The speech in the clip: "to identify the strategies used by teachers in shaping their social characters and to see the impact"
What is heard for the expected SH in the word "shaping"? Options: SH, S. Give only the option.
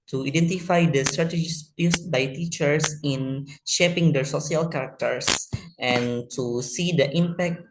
SH